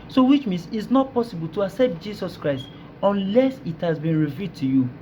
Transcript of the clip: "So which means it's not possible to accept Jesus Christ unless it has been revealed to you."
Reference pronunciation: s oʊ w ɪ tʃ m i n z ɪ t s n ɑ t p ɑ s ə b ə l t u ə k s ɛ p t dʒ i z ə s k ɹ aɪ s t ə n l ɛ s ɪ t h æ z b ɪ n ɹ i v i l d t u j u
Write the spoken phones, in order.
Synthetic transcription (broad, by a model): s oʊ w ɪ tʃ m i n s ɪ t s n ɑ t p ɑ s ə b ə l t u ə k s ɛ p t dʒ i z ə s k ɹ aɪ s t ə n l ɛ s ɪ t h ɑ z b ɪ n ɹ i v i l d t u j u